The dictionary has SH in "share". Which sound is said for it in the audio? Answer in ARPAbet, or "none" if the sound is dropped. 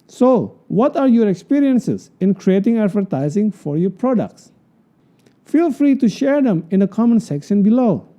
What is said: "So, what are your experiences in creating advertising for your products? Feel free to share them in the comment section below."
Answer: SH